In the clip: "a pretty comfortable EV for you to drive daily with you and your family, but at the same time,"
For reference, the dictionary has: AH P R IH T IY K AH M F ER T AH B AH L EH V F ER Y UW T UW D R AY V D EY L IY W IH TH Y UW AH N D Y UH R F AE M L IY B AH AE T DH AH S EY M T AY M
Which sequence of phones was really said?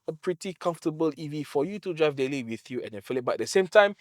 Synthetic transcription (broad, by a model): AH P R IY T IY K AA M F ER T AH B AH L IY V F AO Y UW T UW D R AY V D EY L IY W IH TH Y UW AH N D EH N F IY L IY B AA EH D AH S EY M T AY M